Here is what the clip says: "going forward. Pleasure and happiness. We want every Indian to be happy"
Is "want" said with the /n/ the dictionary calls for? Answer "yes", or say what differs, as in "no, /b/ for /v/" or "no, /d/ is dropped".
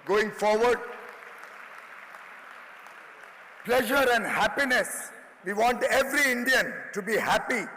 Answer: yes